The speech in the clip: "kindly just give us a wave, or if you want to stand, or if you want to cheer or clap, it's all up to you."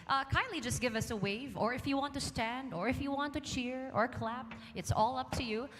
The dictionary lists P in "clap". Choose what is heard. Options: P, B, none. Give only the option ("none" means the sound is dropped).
P